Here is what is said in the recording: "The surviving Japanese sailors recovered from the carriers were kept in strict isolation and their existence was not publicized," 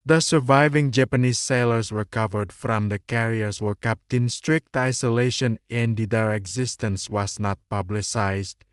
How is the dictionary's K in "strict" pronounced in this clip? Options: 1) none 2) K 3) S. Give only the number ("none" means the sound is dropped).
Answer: 2